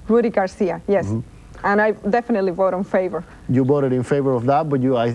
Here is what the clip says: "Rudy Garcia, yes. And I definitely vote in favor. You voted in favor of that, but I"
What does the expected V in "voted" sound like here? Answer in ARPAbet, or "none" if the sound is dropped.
B